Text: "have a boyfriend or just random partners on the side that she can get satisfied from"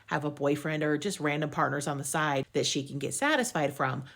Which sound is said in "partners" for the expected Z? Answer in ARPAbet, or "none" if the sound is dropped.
Z